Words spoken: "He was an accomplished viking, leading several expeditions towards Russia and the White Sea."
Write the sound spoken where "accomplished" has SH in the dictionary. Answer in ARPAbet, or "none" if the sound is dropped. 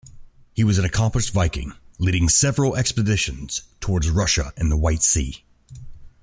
S